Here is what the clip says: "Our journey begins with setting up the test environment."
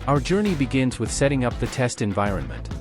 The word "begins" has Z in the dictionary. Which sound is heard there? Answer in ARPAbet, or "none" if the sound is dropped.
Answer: Z